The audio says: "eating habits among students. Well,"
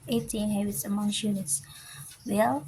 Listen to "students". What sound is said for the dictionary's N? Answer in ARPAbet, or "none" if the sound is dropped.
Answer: none